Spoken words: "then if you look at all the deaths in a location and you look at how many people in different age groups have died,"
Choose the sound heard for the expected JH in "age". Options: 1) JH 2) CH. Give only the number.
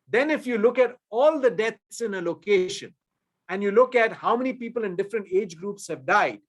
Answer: 1